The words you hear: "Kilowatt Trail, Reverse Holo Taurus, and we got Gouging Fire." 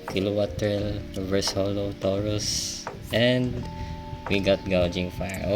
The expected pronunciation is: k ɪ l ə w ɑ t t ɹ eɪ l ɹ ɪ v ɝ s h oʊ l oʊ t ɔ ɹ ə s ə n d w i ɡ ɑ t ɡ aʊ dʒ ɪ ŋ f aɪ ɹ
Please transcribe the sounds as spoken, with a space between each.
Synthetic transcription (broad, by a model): k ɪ l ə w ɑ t t eɪ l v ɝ s h oʊ l oʊ t ɔ ɹ ə s ə n d w i ɡ ɑ t ɡ aʊ dʒ ɪ ŋ f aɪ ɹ